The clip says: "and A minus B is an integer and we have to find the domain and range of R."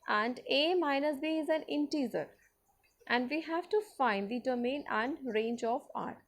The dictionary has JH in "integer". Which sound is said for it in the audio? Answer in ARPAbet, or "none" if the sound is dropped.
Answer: Z